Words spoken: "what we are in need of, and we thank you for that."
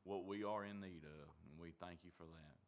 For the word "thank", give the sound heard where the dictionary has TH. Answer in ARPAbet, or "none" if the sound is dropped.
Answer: TH